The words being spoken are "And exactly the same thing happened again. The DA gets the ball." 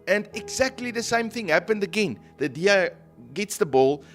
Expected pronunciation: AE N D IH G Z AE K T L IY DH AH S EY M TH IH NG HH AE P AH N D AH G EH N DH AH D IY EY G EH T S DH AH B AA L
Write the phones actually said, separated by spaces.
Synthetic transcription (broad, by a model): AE N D IH G Z AE K T L IY DH AH S EY M TH IH NG HH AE P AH N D AH G EH N DH AH D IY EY G EH T S DH AH B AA L